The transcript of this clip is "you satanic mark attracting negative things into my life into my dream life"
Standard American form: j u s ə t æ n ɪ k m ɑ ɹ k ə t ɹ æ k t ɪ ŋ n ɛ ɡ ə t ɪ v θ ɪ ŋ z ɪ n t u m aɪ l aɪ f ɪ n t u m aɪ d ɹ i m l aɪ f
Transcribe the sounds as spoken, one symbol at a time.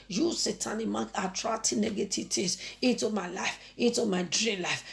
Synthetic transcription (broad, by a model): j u s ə t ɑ n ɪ m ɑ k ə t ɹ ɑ t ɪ n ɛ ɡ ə t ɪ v t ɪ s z ɪ n t u m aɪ l aɪ f ɪ n t u m aɪ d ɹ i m l aɪ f